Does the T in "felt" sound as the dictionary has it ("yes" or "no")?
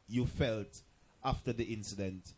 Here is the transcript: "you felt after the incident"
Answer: yes